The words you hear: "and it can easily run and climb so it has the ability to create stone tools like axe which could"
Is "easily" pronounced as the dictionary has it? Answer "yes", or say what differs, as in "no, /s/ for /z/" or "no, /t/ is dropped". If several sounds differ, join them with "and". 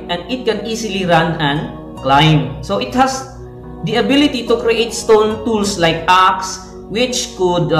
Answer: no, /s/ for /z/